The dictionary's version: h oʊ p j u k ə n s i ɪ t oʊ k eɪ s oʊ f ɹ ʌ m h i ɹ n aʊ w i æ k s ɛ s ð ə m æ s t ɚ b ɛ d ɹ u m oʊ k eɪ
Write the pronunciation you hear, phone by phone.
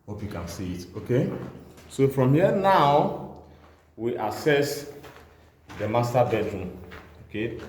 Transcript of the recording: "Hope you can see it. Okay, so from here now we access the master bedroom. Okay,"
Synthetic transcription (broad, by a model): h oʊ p j u k ə n s i ɪ t oʊ k eɪ s oʊ f ɹ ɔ m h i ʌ n aʊ w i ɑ s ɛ s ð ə m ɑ s t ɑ b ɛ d ɹ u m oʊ k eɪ